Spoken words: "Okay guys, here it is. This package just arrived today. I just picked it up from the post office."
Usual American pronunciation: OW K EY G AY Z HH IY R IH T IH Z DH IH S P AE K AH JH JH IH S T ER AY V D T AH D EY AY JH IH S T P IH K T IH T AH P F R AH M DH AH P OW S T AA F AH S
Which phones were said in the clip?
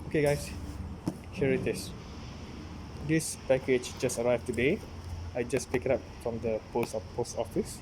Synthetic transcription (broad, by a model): OW K EY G AY S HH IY R IH T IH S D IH S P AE K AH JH JH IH S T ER AY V T AH D EY AY JH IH S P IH K IH T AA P F R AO M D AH P OW S T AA F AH S